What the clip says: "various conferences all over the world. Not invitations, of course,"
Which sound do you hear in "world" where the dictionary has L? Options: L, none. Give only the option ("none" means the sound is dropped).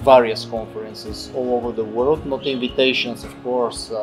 L